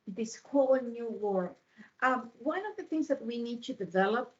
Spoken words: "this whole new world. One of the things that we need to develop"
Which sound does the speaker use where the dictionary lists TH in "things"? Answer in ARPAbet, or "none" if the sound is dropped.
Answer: TH